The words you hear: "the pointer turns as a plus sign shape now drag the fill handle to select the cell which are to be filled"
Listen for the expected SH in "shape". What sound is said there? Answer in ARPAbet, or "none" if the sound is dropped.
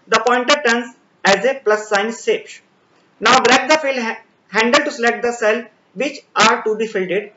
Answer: S